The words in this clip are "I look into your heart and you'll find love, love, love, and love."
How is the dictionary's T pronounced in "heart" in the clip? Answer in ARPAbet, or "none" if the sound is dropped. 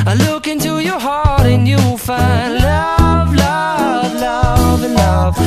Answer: T